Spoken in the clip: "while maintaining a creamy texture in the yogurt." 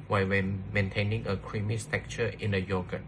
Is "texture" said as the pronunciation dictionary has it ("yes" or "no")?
no